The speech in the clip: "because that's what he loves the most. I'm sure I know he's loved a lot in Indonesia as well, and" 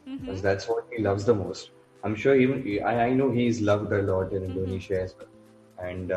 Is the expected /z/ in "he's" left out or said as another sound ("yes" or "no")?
no